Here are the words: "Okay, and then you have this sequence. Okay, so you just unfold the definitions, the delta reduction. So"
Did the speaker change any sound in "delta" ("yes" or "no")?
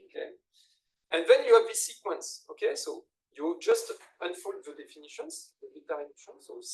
yes